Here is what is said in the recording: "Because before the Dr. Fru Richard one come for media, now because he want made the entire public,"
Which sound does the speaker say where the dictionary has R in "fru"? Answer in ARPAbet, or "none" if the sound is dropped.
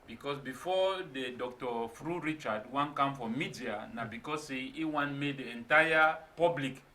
R